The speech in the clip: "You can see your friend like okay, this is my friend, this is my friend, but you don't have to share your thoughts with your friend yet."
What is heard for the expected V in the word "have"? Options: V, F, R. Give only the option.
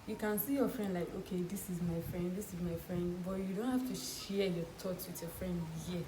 F